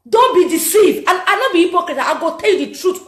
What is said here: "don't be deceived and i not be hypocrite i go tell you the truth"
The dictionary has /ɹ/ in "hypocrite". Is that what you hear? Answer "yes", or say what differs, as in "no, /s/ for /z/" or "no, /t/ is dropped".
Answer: no, /ɹ/ is dropped